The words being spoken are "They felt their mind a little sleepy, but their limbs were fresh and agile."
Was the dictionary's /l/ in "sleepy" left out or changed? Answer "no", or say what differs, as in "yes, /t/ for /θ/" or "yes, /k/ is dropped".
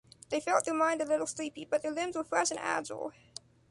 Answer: no